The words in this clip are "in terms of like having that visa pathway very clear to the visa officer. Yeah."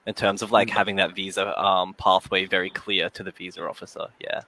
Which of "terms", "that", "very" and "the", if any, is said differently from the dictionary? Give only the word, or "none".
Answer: none